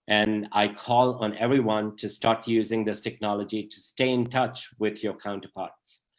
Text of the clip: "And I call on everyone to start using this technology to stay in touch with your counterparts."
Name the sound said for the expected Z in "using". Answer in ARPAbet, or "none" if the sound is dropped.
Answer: Z